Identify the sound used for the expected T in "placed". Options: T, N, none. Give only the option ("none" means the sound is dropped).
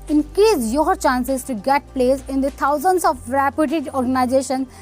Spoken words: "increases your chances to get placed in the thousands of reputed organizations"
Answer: none